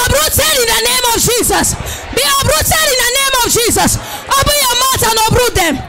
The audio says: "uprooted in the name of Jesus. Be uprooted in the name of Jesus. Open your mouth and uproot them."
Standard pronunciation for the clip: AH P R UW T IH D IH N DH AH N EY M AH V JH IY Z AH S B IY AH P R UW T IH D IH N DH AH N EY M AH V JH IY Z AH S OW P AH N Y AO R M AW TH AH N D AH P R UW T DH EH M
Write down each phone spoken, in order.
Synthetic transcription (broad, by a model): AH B R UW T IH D IH N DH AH N EY M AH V JH IY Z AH S B IY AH B R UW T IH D IH N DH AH N EY M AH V JH IY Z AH S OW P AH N Y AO M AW T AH N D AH B R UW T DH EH M